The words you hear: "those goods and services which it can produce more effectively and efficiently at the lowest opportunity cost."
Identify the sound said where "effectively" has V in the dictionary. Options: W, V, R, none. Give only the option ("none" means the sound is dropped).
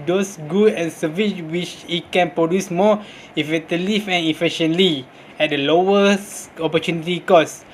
none